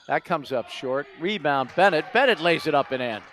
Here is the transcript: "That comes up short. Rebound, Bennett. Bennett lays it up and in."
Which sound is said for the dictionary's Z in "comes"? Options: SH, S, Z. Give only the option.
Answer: Z